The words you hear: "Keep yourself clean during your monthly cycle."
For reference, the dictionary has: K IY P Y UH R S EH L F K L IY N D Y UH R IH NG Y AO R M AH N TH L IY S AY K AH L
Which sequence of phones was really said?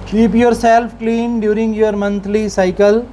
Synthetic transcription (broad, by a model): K IY P Y UH R S EH L F K L IY N D Y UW R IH NG Y AO R M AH N T L IY S AY K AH L